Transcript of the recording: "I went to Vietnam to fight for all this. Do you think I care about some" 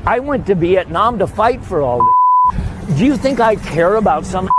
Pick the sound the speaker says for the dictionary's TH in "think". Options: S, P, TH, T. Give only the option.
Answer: TH